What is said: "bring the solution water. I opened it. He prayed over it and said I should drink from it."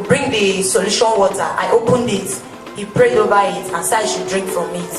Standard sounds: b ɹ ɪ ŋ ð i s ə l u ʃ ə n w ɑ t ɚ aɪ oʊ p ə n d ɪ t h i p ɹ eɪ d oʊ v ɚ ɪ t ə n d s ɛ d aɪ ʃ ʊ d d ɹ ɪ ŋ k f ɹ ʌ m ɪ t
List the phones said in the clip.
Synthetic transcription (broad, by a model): b ɹ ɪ ŋ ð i s ə l u ʃ ə n w ɑ t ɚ aɪ oʊ p ə n d ɪ t h i p ɹ eɪ d oʊ v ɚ ɪ t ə n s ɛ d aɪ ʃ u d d ɹ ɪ ŋ k f ɹ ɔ m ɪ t